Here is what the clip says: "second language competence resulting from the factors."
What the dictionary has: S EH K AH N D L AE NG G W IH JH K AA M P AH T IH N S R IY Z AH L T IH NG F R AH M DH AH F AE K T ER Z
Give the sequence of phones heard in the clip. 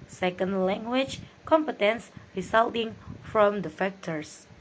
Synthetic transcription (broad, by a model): S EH K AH N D L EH NG G W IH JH K AA M P AH T IH N S R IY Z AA L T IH NG F R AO M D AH F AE K T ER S